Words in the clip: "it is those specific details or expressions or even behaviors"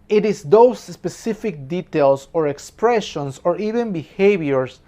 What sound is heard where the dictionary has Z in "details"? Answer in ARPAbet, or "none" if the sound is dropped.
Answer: S